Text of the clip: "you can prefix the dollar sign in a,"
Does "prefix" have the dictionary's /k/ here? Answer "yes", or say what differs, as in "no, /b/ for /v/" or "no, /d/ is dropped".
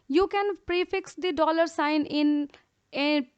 yes